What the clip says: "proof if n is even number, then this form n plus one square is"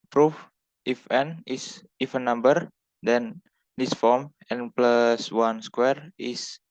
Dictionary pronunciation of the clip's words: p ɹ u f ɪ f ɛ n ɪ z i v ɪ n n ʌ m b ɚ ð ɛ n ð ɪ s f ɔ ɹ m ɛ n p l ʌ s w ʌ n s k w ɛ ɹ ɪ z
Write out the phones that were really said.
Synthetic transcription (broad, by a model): p ɹ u f ɪ f ɛ n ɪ s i f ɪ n n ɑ m b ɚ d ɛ n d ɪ s f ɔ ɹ m ɛ n p l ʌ s w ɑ n s k w ɛ ɹ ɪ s